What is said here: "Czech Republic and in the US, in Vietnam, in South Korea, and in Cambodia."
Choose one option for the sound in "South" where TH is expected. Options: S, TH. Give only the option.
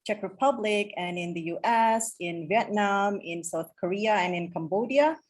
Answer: TH